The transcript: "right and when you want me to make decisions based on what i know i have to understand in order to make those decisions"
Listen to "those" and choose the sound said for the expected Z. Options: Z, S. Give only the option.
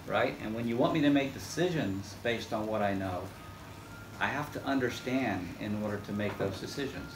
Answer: Z